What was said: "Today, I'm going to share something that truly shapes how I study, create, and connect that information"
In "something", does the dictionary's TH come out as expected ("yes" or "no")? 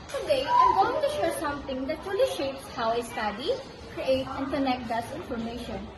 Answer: no